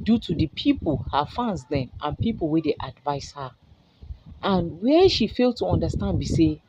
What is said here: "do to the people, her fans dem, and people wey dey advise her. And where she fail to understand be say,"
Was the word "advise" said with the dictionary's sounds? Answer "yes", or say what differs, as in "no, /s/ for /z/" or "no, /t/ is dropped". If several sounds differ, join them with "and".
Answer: no, /s/ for /z/